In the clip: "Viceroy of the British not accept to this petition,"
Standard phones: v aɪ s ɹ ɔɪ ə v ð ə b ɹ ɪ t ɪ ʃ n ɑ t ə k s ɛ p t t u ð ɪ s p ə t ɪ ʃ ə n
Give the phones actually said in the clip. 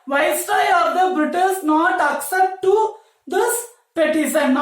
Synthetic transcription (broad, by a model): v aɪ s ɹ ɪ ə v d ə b ɹ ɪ t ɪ s n ɑ t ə k s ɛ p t t u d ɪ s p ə t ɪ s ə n